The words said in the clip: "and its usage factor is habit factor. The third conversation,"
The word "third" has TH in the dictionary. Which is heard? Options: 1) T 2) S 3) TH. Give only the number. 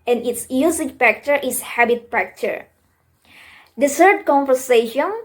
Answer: 2